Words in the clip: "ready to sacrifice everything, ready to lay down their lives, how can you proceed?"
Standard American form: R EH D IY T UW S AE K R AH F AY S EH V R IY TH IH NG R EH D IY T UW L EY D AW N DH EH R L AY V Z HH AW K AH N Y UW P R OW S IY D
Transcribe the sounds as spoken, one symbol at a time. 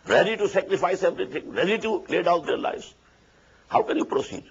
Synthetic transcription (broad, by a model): R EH D IY T UW S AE K R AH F AY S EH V R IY T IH NG R EH D IY T UW L EY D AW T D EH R L AY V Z HH AW K AH N Y UW P R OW S IY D